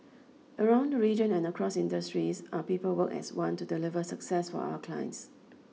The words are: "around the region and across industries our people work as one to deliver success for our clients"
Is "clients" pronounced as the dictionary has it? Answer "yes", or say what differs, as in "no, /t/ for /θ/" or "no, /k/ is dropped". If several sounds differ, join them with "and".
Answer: yes